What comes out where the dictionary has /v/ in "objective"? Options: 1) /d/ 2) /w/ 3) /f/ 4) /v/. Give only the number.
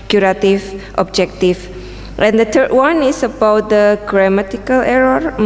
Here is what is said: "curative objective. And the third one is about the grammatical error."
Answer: 3